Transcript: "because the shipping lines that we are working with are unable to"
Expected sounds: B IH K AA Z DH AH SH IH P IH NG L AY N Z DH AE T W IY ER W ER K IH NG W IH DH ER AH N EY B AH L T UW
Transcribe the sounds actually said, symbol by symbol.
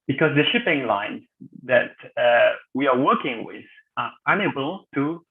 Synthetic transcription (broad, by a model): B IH K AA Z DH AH SH IH P IH NG L AY N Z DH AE T W IY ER W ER K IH NG W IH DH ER AH N EY B AH L T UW